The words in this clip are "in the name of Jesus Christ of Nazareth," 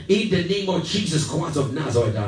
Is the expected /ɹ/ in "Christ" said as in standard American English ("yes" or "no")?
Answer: no